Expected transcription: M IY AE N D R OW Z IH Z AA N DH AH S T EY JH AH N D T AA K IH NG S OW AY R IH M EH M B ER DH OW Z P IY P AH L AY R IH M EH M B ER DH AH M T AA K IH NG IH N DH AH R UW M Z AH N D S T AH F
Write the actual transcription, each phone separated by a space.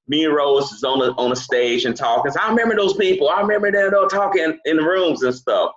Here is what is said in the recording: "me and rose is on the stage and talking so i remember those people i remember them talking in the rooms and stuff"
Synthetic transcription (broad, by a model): M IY R OW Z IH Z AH N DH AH S T EY JH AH N T AA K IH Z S AY R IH M EH M B ER DH OW Z P IY P L AY R IH M EH M B ER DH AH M T AA K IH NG IH N DH AH R UW M Z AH N S T AH F